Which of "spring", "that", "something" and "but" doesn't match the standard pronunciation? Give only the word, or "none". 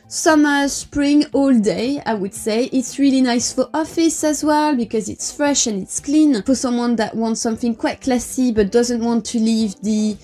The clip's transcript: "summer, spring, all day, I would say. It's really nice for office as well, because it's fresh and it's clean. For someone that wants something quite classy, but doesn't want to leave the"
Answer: none